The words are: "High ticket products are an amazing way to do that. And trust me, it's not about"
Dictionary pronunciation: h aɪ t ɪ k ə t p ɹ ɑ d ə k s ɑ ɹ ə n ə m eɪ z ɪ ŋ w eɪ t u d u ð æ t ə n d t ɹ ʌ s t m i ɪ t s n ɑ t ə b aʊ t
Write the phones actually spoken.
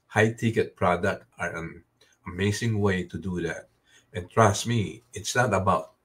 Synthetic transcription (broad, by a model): h aɪ t ɪ k ə t p ɹ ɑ d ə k ɑ ɹ ə n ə m eɪ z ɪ ŋ w eɪ t u d u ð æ t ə n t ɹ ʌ s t m i ɪ t s n ɑ t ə b aʊ t